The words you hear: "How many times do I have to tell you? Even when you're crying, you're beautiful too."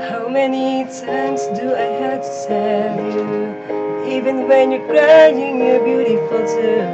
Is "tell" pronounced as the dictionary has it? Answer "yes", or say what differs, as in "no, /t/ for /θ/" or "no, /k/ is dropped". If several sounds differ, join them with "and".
no, /s/ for /t/